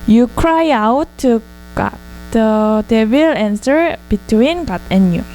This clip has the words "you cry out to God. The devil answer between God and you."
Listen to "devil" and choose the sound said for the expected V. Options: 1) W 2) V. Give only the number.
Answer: 1